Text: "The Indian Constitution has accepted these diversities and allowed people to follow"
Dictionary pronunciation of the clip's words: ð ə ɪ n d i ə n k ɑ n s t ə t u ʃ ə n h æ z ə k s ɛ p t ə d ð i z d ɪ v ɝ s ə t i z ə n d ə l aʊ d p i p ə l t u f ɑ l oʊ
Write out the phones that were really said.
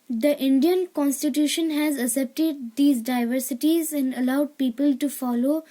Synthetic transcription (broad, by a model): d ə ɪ n d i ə n k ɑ n s t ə t u ʃ ə n h æ z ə s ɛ p t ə d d i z d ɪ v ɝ s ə t i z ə n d ə l aʊ d p i p ə l t u f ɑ l oʊ